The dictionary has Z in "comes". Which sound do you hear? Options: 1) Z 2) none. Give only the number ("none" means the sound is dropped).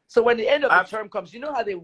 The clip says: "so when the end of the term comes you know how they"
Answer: 1